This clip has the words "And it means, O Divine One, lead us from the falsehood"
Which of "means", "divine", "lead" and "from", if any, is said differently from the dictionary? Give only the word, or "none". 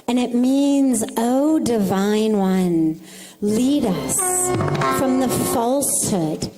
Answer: none